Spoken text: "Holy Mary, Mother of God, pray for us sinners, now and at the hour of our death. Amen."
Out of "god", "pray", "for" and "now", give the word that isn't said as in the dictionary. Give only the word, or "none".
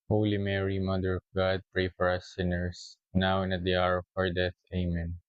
none